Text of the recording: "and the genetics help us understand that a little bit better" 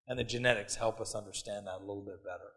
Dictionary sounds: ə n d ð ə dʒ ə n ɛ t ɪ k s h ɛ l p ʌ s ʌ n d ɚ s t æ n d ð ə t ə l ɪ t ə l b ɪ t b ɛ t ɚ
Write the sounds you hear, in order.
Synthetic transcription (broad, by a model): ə n ð ə dʒ ə n ɛ t ɪ k s h ɛ l p ʌ s ʌ n d ɚ s t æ n ð ə t ə l ɪ t l b ɪ t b ɛ t ɚ